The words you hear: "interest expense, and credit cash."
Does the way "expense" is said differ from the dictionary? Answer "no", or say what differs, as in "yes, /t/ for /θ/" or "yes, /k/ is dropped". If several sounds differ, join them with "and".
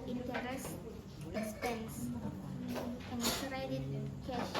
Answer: yes, /k/ is dropped